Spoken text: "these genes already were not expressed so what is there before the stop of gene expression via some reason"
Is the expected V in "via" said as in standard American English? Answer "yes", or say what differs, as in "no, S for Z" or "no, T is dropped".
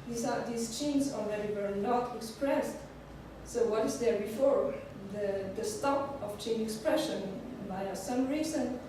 no, B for V